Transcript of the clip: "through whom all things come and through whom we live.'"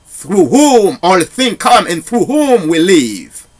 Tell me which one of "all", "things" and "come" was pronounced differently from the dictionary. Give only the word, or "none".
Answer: things